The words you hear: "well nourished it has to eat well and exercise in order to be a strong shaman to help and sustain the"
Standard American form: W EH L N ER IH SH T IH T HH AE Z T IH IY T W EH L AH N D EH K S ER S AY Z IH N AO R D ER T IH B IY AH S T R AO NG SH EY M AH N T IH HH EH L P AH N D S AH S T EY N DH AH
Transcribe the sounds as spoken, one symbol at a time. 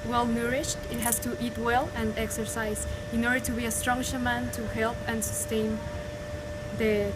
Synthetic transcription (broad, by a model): W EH L N ER IH SH T IH T HH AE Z T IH IY T W EH L AH N D EH K S ER S AY Z IH N AO R D ER T IH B IY AH S T R AO NG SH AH M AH N T IH HH EH L P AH N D S AH S T EY N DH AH